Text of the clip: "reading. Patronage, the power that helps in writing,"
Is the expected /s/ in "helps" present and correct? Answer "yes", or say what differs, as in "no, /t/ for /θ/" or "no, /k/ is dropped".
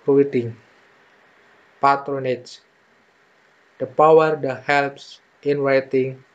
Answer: yes